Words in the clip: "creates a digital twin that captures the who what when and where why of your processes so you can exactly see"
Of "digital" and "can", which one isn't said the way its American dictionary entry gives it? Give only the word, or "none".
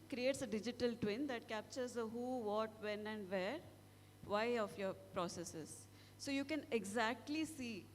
none